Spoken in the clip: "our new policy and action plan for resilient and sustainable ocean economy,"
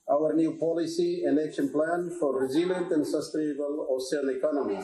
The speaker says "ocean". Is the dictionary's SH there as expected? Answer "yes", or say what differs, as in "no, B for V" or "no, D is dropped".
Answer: no, S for SH